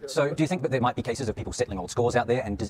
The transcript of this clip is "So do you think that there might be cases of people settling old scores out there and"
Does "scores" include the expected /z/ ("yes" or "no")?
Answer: yes